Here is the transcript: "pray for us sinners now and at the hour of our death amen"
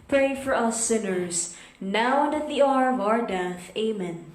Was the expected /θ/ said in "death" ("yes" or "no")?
yes